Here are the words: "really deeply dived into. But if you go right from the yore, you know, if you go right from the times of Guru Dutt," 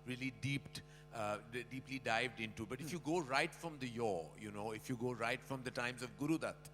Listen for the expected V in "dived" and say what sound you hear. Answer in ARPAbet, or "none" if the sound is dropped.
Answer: V